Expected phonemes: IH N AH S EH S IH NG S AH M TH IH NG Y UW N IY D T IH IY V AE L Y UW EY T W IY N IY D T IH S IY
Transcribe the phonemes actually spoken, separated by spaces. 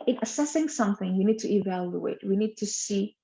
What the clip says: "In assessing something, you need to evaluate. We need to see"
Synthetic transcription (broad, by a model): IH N AH S EH S IH NG S AH M TH IH NG Y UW N IY D T IH IY V AE L Y UW EY T W IY N IY D T IH S IY